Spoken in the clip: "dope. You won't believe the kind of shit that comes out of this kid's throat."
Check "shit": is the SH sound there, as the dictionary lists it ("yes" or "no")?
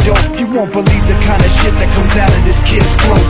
yes